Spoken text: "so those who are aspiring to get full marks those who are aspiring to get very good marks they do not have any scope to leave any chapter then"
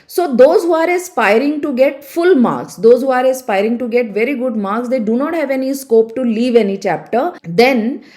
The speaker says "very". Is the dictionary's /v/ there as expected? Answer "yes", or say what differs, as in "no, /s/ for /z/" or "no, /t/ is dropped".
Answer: yes